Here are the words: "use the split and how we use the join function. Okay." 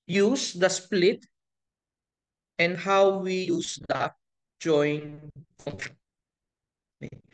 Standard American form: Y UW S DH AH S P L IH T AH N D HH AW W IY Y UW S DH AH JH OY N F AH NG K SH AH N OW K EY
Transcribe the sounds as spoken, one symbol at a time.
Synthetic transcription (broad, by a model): Y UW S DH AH S P L IH T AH N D HH AW W IY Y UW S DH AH JH OY N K AH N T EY